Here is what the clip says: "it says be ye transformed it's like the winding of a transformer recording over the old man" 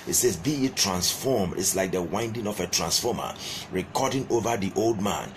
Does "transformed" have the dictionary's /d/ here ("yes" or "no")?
no